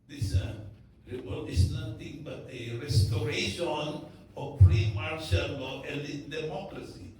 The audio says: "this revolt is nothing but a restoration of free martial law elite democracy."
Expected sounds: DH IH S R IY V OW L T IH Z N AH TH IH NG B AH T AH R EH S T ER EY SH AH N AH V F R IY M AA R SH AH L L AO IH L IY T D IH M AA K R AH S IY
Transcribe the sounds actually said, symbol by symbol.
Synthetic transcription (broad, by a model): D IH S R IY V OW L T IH S N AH T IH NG B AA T AH R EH S T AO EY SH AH N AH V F R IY M AA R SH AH N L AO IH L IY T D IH M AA K R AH S IY